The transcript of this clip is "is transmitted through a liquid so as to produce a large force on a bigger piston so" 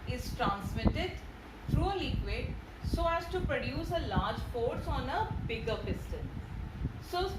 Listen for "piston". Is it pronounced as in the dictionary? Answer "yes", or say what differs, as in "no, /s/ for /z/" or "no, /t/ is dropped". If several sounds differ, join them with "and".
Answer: no, /l/ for /n/